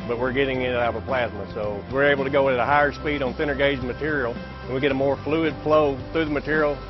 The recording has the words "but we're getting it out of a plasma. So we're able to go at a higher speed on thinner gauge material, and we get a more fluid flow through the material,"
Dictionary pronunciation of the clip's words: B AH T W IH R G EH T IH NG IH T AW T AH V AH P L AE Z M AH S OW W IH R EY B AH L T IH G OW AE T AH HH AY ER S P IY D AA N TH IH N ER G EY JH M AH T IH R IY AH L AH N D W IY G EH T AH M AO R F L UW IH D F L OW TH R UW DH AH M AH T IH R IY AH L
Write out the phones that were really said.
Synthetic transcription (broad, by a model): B AH T W IH R G EH T IH NG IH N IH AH P AH P L AE Z M AH S OW W IH R EY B L T IH G OW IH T AH HH AY ER S P IY D N TH IH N ER G EY JH M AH T IH R IY L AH N W IY G EH T AH M AO R F L UW IH D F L OW TH R UW DH AH M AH T IH R IY L